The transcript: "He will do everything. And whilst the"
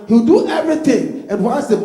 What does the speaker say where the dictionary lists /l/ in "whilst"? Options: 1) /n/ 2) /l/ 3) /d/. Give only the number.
1